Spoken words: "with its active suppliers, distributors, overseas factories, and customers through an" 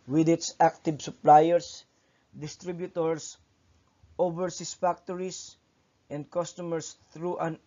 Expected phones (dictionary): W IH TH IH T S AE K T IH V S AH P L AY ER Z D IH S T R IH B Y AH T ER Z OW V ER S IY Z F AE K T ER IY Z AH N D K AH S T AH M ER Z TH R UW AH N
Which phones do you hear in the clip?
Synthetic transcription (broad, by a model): W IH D IH T S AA K T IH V S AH P L AY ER S D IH S T R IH B Y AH T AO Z OW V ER S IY S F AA K T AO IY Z AH N D K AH S T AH M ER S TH R UW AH N